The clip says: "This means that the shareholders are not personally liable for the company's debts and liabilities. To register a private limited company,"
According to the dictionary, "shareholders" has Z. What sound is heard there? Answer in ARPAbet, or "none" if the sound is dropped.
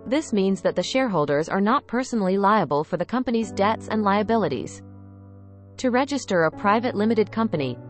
Z